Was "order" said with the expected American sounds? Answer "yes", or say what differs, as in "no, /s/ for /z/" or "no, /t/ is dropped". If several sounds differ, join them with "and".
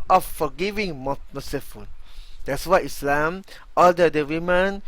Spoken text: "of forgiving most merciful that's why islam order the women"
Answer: no, /l/ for /ɹ/